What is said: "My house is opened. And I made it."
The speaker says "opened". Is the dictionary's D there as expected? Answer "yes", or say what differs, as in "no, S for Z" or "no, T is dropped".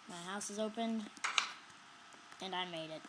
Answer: yes